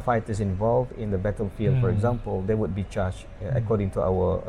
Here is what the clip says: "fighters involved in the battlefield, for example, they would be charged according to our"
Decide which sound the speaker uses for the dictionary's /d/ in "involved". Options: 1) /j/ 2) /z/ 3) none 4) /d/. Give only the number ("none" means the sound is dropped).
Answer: 4